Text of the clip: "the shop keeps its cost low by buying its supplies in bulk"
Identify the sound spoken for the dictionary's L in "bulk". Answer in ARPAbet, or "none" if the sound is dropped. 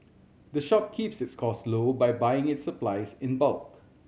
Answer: L